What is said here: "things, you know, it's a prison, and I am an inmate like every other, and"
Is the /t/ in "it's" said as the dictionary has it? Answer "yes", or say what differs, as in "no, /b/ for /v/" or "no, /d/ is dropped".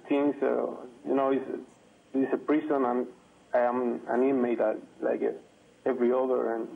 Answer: no, /s/ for /t/